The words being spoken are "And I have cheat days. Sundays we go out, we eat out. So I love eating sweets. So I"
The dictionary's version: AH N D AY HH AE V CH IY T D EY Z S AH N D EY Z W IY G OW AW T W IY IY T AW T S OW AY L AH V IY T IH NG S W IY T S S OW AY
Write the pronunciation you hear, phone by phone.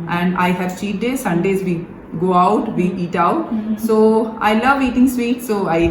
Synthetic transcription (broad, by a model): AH N D AY HH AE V S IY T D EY S AH N D EY Z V IY G OW AW T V IY IY T AW T S OW AY L AH V IY T IH NG S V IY T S S OW AY